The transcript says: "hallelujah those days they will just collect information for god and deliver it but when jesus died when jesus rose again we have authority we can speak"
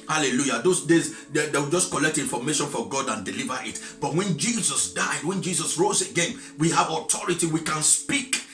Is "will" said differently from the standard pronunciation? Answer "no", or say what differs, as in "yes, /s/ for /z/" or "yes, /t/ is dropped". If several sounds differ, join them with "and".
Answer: yes, /w/ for /l/